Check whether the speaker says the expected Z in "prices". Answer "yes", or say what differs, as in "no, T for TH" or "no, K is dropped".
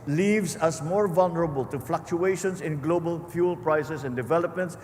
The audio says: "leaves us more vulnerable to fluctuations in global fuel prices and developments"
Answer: no, S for Z